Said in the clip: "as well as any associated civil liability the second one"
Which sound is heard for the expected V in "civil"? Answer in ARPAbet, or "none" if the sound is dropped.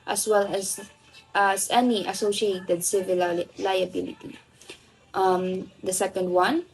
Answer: V